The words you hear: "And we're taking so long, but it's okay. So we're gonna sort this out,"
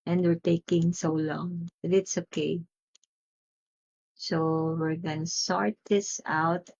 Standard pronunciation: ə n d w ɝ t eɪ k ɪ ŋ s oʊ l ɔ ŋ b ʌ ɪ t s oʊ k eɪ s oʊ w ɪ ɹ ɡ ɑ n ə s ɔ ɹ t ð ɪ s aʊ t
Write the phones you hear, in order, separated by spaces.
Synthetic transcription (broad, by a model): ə n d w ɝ t eɪ k ɪ ŋ s oʊ l ɔ ŋ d ɪ t s oʊ k eɪ s oʊ w ɪ ɹ ɡ ɑ n ə s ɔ ɹ t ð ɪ s aʊ t